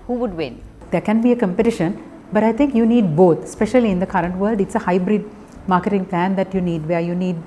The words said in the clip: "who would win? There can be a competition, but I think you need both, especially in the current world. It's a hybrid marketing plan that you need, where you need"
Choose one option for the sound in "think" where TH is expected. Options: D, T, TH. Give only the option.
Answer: T